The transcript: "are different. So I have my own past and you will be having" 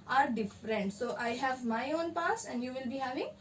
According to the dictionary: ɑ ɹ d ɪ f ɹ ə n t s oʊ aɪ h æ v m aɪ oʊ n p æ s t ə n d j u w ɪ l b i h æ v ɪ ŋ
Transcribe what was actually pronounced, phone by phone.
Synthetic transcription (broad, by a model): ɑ ɹ d ɪ f ɹ ə n t s oʊ aɪ h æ v m aɪ oʊ n p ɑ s ə n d j u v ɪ l b i h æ v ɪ ŋ